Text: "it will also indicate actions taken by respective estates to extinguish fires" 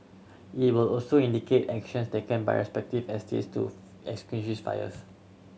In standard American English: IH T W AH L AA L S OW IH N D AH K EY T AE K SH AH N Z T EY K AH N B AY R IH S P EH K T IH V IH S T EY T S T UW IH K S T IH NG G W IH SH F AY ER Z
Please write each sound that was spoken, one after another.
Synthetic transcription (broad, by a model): IH T W AH L AA L S OW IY N D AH K EY T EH K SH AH N S T EY K AH N B AY R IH S P EH K T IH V IH S T EY T S T UW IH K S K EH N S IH S F AY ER S